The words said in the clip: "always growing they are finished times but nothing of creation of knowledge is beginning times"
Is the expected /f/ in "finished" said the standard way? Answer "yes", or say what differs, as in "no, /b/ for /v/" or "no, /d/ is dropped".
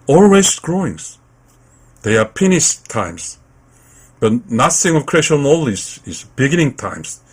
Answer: no, /p/ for /f/